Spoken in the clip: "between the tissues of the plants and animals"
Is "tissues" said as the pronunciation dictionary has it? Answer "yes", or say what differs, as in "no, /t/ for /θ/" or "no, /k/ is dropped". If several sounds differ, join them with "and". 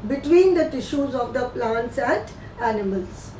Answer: yes